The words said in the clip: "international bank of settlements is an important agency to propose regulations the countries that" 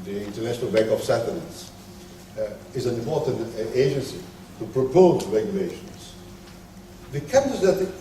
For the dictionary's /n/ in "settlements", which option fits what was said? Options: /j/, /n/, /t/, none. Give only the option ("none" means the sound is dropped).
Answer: none